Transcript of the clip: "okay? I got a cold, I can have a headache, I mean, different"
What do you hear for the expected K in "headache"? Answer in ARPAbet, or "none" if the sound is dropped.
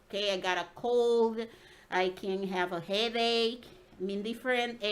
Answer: K